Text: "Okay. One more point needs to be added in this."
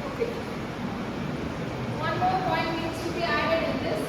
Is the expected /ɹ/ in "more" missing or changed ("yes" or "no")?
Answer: yes